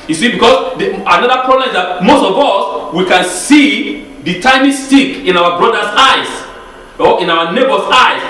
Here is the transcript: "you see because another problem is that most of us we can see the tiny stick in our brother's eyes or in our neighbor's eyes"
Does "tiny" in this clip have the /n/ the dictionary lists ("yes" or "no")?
no